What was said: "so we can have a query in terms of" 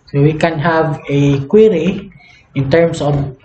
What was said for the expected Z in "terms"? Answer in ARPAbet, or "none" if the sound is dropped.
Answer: S